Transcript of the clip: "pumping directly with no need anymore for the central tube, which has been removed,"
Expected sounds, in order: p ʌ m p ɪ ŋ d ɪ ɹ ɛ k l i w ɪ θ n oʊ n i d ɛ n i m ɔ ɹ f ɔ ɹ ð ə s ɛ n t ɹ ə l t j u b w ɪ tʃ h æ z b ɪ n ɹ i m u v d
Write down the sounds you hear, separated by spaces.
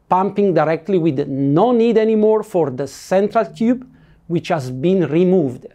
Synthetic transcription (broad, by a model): p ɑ m p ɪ ŋ d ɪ ɹ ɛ k l i w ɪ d n oʊ n i d ɛ n i m ɔ ɹ f ɔ ɹ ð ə s ɛ n t ɹ ə l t j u b w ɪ tʃ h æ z b ɪ n ɹ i m u v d